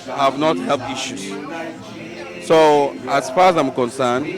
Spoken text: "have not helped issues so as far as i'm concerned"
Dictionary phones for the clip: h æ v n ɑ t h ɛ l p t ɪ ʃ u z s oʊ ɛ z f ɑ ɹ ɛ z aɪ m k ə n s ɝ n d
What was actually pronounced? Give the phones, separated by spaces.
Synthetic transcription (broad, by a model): h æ v n ɑ t h ɛ l p t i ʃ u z s oʊ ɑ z f ɑ ɹ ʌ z aɪ m k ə n s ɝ n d